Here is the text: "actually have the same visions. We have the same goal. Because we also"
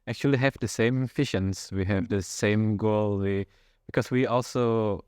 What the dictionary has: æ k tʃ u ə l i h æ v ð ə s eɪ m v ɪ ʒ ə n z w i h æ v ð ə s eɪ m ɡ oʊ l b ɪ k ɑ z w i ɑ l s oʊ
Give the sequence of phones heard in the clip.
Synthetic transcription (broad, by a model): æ k tʃ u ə l i h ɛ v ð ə s eɪ m f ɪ ʃ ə n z w i h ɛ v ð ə s eɪ m ɡ oʊ l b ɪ k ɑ s w i ɑ l s oʊ